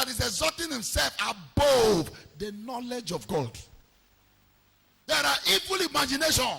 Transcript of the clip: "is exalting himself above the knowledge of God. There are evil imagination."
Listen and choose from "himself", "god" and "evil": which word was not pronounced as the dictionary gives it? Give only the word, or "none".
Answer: none